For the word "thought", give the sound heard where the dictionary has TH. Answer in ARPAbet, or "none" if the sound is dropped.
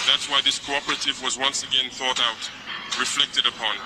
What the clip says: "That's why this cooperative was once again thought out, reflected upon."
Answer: TH